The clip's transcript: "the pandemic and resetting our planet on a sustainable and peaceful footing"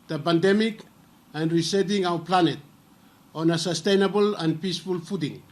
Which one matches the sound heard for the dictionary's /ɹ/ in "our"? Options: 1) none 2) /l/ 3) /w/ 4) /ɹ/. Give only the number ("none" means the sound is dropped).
3